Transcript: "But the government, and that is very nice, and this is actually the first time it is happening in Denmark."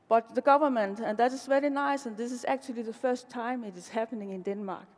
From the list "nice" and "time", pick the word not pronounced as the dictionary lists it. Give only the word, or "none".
none